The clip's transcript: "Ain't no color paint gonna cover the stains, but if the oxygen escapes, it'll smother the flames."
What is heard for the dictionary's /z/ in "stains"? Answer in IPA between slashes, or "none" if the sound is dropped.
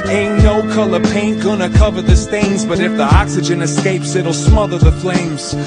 /z/